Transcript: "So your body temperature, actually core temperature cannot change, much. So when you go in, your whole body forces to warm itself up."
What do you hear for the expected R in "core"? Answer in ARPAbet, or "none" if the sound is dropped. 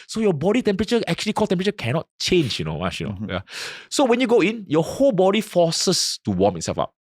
L